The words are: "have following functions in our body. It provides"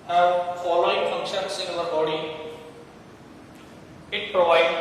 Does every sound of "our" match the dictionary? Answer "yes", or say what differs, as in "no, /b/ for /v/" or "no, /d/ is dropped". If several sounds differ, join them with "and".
no, /l/ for /ɹ/